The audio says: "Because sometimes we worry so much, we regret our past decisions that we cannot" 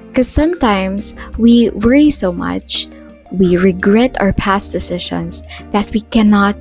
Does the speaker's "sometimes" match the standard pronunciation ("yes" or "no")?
no